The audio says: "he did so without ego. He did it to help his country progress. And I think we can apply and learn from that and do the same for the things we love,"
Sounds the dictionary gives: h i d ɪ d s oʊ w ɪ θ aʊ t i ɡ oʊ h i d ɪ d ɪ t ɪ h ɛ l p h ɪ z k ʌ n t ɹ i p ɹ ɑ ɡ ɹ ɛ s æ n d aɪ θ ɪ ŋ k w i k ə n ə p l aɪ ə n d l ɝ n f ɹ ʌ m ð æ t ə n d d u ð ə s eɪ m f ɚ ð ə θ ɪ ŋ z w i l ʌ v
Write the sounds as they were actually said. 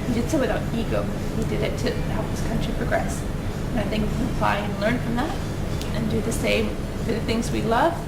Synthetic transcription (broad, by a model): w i d ɪ d s oʊ w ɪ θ aʊ t i ɡ oʊ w i d ɪ d ɪ t ɪ h ɛ l p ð ɪ s k ʌ n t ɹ i p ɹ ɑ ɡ ɹ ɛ s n aɪ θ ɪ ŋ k w i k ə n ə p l aɪ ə n l ɝ n f ɹ ʌ m ð æ t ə n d d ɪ ð ə s eɪ m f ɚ ð ə θ ɪ ŋ z w i l ʌ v